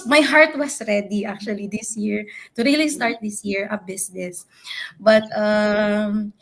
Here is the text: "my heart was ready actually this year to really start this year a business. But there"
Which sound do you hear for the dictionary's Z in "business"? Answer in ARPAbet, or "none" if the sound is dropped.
S